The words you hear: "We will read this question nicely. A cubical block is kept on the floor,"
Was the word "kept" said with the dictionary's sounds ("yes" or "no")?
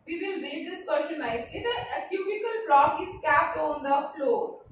yes